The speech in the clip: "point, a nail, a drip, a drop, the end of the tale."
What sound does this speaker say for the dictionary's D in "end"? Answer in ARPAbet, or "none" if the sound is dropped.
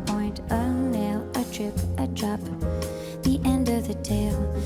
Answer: D